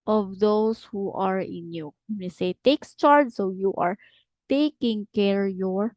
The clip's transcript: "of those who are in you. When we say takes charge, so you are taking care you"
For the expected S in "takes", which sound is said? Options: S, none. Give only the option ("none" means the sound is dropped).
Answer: S